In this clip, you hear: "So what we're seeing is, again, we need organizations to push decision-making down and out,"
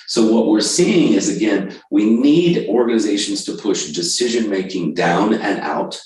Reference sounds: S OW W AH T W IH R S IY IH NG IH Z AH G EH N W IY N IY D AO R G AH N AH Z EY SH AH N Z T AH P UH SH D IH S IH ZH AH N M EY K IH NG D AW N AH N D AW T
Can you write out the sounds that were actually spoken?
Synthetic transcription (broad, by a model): S OW W AH T W IH R S IY IH NG IH Z AH G EH N W IY N IY D AO R G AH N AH Z EY SH N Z T AH P UH SH D IH S IH ZH AH N M EY K IH NG D AW N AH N AW T